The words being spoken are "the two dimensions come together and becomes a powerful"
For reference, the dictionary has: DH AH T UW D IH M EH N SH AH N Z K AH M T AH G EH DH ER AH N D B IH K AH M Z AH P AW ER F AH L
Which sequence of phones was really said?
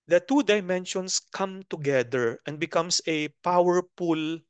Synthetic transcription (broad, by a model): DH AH T UW D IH M EH N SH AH N S K AH M T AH G EH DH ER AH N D B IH K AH M S AH P AW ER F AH L